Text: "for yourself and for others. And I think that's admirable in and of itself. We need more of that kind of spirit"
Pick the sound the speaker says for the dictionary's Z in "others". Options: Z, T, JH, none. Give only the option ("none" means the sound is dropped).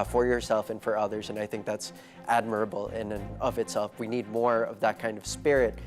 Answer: Z